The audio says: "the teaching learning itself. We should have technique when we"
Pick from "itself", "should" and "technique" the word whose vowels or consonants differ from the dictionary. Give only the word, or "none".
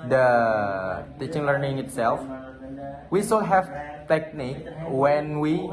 should